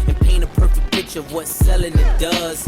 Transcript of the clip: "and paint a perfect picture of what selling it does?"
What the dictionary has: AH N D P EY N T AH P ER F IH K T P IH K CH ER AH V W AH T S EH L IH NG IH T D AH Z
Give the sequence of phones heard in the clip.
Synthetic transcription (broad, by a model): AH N P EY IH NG AH P ER F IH K P IH CH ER AH V W AH T S EH L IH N IH T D AH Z